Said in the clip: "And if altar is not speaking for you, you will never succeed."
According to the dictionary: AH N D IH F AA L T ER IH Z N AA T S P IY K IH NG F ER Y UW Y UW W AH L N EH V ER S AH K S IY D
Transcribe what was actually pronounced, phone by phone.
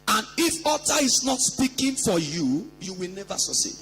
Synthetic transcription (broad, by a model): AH N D IH F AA T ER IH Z N AA T S P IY K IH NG F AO Y UW Y UW W AH L N EH V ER S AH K S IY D